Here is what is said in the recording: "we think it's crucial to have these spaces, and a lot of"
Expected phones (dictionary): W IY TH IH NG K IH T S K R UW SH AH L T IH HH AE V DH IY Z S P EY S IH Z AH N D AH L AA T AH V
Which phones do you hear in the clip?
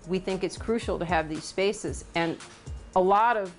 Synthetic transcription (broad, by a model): W IY TH IH NG K IH T S K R UW SH L T IH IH V DH IY Z S P EY S IH Z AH N AH L AA T AH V